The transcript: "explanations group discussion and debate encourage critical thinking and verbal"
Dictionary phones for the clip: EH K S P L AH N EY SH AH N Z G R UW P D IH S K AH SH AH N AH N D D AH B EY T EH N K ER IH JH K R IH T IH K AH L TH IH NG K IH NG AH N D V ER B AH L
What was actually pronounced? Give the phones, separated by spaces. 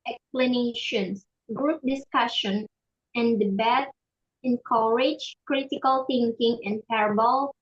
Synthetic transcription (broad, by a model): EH K S P L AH N EY SH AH N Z G R UW P D IH S K AH SH AH N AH N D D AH B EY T EH N K ER IH JH K R IH T IH K AH L TH IH NG K IH NG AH N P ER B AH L